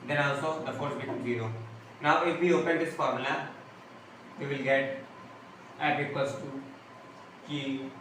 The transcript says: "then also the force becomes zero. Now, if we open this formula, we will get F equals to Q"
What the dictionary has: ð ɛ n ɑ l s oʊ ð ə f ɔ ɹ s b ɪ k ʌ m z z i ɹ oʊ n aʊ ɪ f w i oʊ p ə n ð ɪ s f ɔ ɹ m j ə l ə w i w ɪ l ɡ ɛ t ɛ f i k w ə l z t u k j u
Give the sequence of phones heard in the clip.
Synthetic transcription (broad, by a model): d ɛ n ɑ l s oʊ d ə f ɔ ɹ s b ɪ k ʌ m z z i ɹ oʊ n aʊ ɪ f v i oʊ p ə n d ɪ s f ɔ ɹ m l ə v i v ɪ l ɡ ɛ t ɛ p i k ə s t u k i